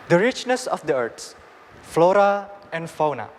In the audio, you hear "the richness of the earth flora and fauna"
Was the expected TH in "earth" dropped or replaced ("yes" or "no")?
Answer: yes